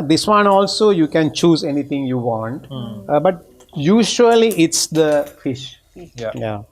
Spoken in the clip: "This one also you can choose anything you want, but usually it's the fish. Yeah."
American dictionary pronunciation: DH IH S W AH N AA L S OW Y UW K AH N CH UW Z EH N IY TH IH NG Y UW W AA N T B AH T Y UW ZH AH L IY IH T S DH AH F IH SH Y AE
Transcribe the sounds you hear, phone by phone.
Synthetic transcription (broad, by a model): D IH S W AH N AA L S OW Y UW K AH N CH UW Z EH N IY T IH NG Y UW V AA N T B AH T Y UW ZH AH L IY IH T S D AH F IH SH Y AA